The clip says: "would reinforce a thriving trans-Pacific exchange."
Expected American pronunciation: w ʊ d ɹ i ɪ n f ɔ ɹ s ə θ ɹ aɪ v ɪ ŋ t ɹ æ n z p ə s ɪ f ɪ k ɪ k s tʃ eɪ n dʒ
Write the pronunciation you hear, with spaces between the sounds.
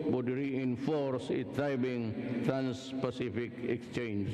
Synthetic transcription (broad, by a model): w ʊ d ɹ i ɪ n f ɔ ɹ s ə t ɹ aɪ b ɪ ŋ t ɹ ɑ n s p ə s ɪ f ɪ k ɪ k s tʃ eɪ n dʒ